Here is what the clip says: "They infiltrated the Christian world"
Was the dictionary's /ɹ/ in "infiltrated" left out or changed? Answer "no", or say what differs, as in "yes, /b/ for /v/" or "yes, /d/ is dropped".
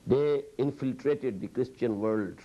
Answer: no